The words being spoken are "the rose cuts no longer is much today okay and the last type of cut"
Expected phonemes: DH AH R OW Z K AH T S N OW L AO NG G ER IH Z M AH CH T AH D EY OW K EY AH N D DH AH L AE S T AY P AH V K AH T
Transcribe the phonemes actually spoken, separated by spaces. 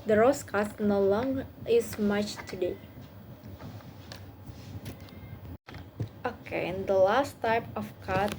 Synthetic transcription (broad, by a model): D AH R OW S K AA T N OW L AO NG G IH S M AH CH T AH D EY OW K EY AH N D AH L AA S T AY P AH F K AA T